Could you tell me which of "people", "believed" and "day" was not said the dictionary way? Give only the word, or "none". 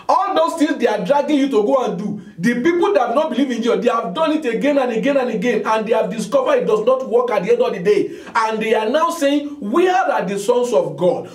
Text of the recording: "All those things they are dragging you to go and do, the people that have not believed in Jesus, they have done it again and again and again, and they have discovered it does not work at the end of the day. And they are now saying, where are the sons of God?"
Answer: believed